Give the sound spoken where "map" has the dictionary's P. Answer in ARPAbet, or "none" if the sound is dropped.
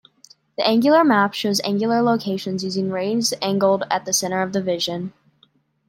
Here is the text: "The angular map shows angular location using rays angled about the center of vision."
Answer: P